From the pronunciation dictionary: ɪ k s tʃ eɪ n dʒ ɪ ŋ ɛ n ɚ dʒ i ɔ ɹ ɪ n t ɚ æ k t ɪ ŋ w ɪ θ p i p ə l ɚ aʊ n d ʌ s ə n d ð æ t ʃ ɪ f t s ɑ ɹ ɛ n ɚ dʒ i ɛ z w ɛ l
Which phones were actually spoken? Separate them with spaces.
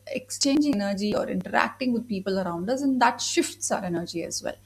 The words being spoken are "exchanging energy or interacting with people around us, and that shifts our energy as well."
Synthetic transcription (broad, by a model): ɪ k s tʃ eɪ n dʒ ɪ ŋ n ɚ dʒ i ɔ ɹ ɪ n t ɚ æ k t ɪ ŋ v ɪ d p i p ə l ɚ aʊ n d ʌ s ə n d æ t ʃ ɪ f t s ɑ ɹ ɛ n ɚ dʒ i ɛ z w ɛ l